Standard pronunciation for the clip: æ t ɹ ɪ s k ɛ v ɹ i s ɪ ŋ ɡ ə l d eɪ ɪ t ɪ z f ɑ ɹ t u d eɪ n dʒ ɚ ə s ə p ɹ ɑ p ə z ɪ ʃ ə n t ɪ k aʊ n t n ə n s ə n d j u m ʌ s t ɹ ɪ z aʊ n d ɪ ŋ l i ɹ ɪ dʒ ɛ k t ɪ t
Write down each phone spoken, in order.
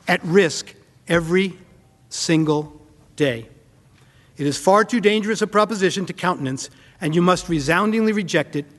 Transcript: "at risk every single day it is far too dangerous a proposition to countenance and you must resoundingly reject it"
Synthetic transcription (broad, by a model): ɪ t ɹ ɪ s k ɛ v ɹ i s ɪ ŋ ɡ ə l d eɪ ɪ t ɪ z f ɑ ɹ t u d eɪ n dʒ ɚ ə s ə p ɹ ɑ p ə z ɪ ʃ ə n t ɪ k aʊ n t n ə n s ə n j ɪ m ʌ s t ɹ ɪ z aʊ n d ɪ ŋ l i ɹ ɪ dʒ ɛ k t ɪ t